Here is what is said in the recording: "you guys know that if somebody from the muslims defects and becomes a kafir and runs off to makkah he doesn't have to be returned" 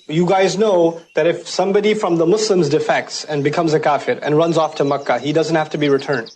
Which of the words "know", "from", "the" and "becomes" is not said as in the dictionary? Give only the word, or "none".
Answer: none